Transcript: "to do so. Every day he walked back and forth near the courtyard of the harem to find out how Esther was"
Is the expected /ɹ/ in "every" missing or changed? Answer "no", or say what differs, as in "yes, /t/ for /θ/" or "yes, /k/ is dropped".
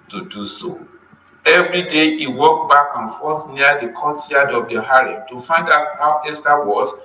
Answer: no